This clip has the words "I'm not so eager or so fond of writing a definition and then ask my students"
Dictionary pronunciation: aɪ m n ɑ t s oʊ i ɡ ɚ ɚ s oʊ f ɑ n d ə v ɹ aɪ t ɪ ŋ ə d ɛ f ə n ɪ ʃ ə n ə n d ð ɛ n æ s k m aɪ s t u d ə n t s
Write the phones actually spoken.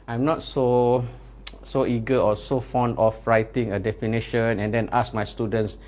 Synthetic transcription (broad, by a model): aɪ m n ɑ t s oʊ i ɡ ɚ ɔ s oʊ f ɑ n d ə f ɹ aɪ t ɪ ŋ ə d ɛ f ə n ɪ ʃ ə n ə n d ɛ n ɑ s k m aɪ s t u d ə n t s